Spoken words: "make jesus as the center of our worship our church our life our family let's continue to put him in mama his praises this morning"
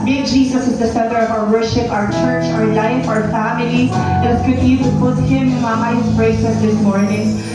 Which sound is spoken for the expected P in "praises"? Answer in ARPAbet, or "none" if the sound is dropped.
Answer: B